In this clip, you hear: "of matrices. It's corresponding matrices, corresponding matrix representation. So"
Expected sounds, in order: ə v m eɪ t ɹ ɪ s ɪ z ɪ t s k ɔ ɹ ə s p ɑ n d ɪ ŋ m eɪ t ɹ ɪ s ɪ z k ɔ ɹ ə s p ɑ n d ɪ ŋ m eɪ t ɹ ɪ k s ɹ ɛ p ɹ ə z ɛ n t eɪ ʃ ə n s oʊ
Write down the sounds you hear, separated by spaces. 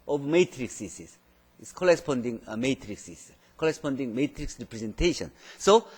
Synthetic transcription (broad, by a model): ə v m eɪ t ɹ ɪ s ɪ s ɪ s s k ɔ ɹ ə s p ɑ n d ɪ ŋ m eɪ t ɹ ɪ s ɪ s k ɔ ɹ ə s p ɑ n d ɪ ŋ m eɪ t ɹ ɪ k s ɹ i p ɹ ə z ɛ n t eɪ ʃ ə n s oʊ